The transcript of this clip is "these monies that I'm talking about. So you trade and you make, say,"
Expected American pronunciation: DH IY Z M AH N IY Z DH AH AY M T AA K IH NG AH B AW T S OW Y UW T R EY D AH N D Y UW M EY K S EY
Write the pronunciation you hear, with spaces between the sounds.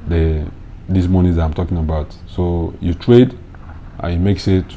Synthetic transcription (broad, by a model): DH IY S M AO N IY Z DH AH AY M T AA K IH NG AH B AW T S OW Y UW T R EY D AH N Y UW M EY K S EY